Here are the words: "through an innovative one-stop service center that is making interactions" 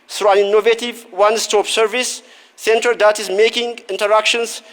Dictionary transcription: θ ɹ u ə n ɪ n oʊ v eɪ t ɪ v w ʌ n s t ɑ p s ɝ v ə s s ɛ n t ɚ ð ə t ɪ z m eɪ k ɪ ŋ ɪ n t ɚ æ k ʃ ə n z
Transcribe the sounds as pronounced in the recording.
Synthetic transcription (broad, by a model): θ ɹ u ə n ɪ n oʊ v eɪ t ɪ v w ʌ n s t ɑ p s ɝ v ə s s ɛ n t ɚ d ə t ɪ s m eɪ k ɪ ŋ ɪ n t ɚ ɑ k ʃ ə n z